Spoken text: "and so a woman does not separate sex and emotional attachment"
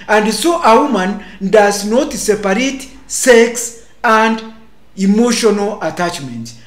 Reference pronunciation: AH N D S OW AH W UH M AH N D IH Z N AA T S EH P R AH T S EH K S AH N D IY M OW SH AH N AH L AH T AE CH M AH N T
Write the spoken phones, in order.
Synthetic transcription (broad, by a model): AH N D S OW AH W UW M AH N D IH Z N AA T S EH P R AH T S EH K S AH N D IY M OW SH AH N AH L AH T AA CH M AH N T